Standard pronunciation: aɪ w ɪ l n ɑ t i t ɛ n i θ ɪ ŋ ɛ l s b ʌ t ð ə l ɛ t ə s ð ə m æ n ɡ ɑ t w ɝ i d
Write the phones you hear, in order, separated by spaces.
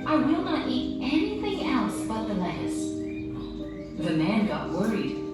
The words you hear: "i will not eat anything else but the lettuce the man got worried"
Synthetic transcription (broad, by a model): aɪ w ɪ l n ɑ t i t ɛ n i θ ɪ ŋ ɛ l s b ʌ t ð ə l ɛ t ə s ð ə m æ n ɡ ɑ t w ɝ i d